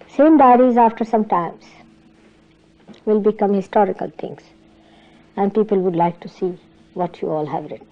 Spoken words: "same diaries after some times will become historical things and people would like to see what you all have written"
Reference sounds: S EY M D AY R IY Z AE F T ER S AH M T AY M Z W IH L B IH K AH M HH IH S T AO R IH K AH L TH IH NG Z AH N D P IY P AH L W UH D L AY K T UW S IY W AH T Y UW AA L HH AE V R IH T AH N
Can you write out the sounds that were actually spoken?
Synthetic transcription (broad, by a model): S EY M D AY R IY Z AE F T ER S AH M T AY M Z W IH L B IH K AH M HH IH S T AO R IH K AH L T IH NG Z AH N D P IY P AH L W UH D L AY K T UW S IY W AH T Y UW AA L HH AE V R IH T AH N